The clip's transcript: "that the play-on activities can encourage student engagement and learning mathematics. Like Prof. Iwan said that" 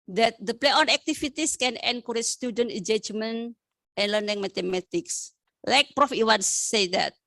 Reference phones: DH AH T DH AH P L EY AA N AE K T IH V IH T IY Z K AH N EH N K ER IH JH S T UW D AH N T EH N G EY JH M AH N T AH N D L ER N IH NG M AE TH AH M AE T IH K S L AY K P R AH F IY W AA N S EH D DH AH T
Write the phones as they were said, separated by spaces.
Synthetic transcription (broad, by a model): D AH T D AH P L EY AA N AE K T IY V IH T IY S K AH N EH N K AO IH S T UW D AH N T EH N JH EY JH M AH N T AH N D L ER N IH NG M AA T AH M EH T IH K S L AY K P R AH F IY W AA N S EH D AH T